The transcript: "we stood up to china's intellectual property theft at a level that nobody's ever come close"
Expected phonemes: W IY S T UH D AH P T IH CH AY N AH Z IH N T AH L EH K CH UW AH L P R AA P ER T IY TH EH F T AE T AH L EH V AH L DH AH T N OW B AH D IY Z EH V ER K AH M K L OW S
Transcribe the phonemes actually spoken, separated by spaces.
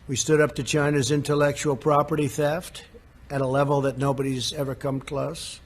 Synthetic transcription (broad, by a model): W IY S T UH D AH P T IH CH AY N AH Z IH N T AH L EH K CH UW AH L P R AA P ER T IY TH EH F T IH T AH L EH V L DH AH T N OW B AH D IY Z EH V ER K AH M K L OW S